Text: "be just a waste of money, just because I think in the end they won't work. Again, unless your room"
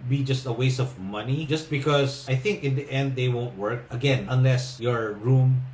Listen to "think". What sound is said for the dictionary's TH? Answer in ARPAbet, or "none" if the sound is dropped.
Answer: TH